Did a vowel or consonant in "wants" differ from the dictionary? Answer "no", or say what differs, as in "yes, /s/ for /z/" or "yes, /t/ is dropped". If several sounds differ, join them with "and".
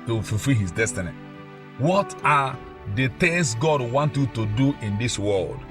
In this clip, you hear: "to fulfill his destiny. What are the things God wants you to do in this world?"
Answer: yes, /s/ is dropped